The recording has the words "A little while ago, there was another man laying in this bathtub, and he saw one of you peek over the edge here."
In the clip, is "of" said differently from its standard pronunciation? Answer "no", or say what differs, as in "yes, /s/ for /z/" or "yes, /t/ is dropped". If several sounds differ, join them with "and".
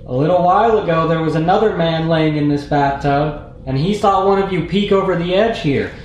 no